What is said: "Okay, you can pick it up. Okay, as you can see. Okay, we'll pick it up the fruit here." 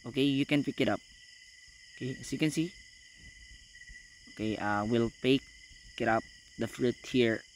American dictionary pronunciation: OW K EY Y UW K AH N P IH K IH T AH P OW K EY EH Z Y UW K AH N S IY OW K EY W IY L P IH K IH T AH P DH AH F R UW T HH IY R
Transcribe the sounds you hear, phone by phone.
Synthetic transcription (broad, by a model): OW K EY Y UW K AH N P IH K IH T AH P OW K EY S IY K AH N S IY OW K EY W IY L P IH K IH T AH P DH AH F R UW T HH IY R